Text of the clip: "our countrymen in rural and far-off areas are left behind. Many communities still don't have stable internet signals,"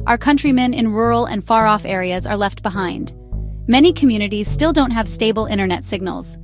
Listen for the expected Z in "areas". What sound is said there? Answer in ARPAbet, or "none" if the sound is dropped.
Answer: Z